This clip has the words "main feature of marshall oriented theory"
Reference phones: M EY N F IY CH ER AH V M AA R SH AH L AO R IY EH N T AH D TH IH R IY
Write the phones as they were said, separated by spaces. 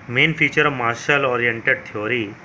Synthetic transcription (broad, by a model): M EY N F IY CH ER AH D M AA R SH AH L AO R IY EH N T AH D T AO R IY